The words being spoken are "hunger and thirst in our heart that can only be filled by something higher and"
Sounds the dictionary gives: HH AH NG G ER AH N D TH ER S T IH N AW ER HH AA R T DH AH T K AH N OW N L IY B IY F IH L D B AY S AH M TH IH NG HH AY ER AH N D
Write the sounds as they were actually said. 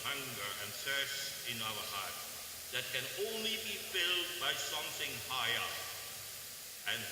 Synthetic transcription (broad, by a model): HH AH NG G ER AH N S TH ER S IH N AW ER HH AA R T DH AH T K AH N OW N L IY B IY F IH L D B AY S AH M TH IH NG HH AY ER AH N